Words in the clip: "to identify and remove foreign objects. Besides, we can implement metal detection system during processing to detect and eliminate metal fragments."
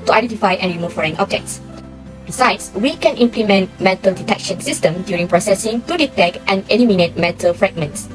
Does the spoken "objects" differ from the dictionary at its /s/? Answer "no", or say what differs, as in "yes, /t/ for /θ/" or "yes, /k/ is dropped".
no